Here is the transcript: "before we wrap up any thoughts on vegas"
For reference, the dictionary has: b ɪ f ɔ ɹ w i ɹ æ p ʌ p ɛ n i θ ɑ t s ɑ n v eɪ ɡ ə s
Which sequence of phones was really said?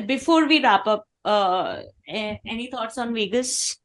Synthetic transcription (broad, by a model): b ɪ f ɔ ɹ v i ɹ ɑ p ʌ p ɛ n i t ɑ t s ɑ n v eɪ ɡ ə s